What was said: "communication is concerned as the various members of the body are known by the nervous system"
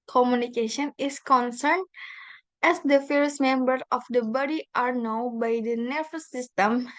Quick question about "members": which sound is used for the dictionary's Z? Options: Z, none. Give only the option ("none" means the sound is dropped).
none